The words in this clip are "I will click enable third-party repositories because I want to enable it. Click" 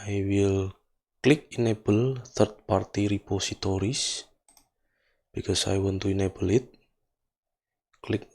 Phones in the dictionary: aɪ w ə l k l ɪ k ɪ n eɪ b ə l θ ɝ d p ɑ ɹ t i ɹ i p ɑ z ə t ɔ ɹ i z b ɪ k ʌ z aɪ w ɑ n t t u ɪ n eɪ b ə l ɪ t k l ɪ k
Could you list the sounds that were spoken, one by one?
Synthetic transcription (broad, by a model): aɪ w ə l k l ɪ k ɪ n eɪ b ə l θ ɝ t p ɑ ɹ t i ɹ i p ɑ s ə t ɔ ɹ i s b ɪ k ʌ s aɪ w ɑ n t t u ɪ n eɪ b ə l ɪ t k l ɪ k